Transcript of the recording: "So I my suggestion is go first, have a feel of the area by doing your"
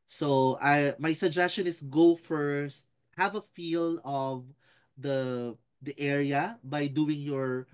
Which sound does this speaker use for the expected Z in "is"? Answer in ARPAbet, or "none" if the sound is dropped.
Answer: S